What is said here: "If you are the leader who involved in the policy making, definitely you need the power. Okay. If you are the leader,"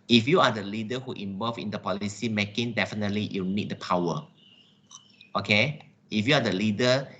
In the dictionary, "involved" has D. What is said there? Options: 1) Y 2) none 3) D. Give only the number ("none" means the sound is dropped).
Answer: 2